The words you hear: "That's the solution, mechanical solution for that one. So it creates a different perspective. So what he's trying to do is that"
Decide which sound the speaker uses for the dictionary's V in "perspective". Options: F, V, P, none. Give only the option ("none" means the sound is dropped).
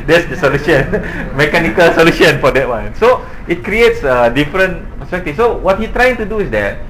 F